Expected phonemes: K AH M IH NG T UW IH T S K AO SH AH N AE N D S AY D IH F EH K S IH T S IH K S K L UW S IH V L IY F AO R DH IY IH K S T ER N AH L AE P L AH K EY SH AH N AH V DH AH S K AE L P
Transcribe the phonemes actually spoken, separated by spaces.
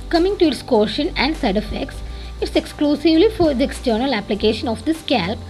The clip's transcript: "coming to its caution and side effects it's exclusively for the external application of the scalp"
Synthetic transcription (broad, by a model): K AH M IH NG T UW IH T S K AO SH AH N AE N D S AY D IH F EH K S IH T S IH K S K L UW S IH V L IY F AO R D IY IH K S T ER N AH L AE P L AH K EY SH AH N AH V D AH S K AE L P